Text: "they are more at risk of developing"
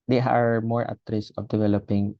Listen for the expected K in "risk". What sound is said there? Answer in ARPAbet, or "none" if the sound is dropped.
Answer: none